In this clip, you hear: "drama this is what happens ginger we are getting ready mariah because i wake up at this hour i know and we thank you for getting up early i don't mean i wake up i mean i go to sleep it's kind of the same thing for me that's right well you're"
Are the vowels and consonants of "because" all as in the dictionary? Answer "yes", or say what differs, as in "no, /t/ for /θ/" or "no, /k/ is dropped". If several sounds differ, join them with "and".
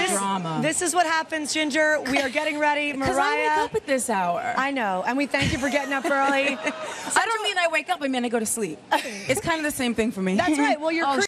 no, /z/ is dropped